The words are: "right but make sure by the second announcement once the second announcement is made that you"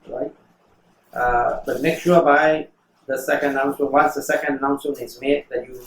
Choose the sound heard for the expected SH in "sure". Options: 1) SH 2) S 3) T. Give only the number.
2